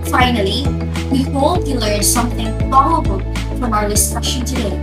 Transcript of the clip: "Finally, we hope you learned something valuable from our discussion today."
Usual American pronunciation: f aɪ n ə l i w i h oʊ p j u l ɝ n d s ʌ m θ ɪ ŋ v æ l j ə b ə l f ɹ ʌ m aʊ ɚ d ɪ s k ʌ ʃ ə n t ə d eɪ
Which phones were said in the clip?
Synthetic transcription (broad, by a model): f aɪ n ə l i w i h oʊ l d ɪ l ɝ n s ʌ m θ ɪ ŋ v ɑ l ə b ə l f ɹ ʌ m aʊ ɚ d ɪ s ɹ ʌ ʃ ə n t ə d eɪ